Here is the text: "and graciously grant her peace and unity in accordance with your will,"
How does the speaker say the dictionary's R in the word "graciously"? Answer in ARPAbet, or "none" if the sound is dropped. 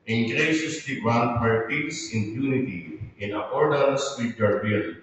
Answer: none